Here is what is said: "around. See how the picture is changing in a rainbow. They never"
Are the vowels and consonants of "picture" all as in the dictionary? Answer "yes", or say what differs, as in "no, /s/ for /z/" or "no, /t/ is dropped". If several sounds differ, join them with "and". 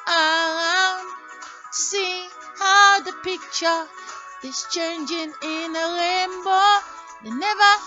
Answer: yes